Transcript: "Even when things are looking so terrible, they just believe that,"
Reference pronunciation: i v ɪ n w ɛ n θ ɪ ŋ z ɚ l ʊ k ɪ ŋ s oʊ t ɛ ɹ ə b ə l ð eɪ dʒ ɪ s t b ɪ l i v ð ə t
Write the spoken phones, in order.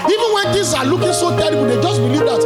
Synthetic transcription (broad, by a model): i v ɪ w ɛ n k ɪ z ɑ l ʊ k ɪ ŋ s oʊ t ɛ ɹ ə b ə l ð eɪ dʒ ɪ s t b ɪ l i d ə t